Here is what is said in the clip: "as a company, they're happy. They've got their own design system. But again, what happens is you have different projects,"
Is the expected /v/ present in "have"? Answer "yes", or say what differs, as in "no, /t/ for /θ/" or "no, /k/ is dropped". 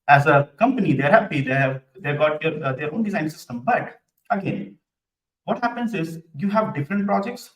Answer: yes